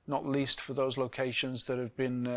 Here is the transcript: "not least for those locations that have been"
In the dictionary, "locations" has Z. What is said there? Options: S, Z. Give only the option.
Z